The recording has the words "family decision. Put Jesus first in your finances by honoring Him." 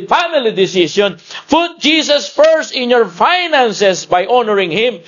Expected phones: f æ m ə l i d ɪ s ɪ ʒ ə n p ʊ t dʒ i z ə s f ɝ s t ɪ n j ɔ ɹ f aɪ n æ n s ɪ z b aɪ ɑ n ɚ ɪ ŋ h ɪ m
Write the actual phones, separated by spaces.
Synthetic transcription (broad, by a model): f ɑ m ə l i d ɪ s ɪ ʃ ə n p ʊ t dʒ i s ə s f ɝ s t ɪ n j ɔ ɹ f aɪ n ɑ n s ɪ s b aɪ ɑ n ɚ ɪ ŋ h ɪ m